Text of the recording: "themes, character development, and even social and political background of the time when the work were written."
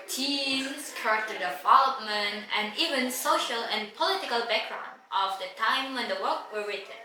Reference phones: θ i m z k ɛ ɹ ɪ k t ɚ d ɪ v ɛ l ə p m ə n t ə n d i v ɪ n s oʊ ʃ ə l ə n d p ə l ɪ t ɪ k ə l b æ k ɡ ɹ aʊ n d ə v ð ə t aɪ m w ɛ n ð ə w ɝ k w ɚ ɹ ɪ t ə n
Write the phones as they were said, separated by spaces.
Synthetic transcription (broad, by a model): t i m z k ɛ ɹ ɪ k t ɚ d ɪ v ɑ l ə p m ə n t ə n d i v ɪ n s oʊ ʃ ə l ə n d p ə l ɪ t ɪ k ə l b æ k ɡ ɹ aʊ n d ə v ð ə t aɪ m w ɛ n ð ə w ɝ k w ɚ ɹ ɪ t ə n